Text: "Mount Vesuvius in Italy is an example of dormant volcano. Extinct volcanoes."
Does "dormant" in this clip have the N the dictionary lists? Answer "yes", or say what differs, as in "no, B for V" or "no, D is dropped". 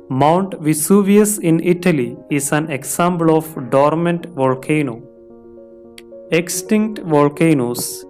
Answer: yes